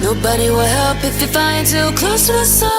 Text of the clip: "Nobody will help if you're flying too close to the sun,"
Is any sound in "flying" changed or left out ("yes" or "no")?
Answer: yes